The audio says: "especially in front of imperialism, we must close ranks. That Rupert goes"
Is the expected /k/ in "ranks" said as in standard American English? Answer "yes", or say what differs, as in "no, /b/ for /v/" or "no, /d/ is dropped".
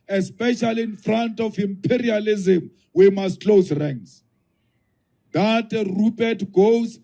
no, /k/ is dropped